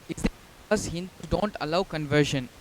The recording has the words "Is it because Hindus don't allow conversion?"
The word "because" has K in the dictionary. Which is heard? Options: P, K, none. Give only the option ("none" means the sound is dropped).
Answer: none